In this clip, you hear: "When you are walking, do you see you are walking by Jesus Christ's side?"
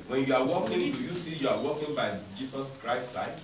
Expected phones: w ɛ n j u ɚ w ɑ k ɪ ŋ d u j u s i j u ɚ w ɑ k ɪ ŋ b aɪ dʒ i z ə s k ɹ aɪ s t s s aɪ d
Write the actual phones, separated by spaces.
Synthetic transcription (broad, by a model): w ɛ n j u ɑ w ɑ k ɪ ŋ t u j u s i j u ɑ w ɑ k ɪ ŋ b aɪ dʒ i s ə s k ɹ aɪ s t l aɪ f